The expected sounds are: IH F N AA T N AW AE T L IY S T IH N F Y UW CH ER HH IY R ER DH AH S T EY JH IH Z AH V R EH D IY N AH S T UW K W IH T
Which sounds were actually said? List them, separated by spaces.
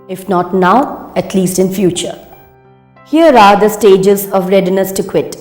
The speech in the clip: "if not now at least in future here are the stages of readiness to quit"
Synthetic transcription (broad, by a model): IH F N AA T N AW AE T L IY S T IH N F Y UW CH ER HH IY R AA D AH S T EY JH IH Z AH V R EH D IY N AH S T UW K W IH T